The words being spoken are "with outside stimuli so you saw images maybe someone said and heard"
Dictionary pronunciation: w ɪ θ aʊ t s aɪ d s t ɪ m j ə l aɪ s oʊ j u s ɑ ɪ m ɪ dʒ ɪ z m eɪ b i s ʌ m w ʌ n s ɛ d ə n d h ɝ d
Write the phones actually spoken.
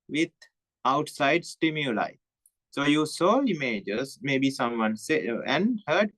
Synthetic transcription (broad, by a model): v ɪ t aʊ t s aɪ d s t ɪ m j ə l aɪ s oʊ j u s ɑ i m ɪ dʒ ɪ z m eɪ b i s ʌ m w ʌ n s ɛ ə n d h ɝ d